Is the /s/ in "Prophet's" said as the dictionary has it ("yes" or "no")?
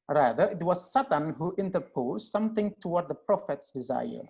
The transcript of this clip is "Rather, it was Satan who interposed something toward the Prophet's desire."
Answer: yes